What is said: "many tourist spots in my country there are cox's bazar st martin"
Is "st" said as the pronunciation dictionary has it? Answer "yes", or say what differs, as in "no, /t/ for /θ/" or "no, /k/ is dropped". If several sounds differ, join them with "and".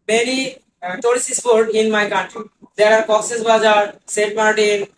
no, /n/ is dropped